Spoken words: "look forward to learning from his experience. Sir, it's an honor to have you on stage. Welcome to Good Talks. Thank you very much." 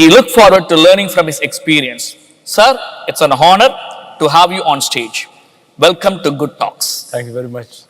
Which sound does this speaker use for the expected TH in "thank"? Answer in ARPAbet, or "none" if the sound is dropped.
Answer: T